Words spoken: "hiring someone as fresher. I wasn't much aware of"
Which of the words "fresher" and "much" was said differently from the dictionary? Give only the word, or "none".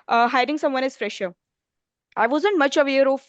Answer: none